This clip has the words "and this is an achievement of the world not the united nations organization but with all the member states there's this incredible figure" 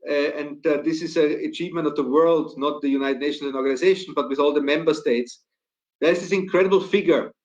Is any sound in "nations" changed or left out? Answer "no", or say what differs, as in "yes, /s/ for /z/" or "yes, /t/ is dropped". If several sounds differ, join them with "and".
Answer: yes, /z/ is dropped